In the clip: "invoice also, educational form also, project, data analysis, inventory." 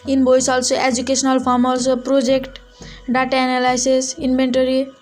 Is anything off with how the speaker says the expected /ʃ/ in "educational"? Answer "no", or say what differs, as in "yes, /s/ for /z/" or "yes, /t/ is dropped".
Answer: yes, /s/ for /ʃ/